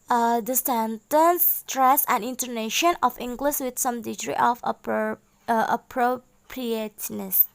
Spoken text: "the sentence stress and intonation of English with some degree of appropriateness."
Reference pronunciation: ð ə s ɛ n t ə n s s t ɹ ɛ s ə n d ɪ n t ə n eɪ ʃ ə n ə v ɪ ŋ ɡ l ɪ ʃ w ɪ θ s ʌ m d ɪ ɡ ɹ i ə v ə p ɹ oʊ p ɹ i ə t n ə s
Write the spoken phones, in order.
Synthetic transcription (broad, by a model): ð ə s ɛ n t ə n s s t ɹ ɛ s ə n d ɪ n t ə n eɪ ʃ ə n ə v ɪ ŋ ɡ l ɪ s w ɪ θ s ʌ m d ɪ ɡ ɹ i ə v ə p ɹ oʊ p ɹ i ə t n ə s